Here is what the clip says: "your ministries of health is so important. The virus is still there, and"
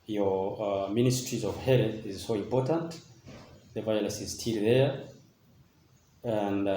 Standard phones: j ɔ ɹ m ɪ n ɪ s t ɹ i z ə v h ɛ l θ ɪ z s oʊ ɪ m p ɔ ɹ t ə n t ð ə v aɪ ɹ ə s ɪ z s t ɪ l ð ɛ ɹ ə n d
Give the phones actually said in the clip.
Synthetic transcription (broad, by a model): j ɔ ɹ m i n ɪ s t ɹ i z ə v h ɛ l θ ɪ z s oʊ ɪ m p ɔ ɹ t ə n t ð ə v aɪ l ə s ɪ z s t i l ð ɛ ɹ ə n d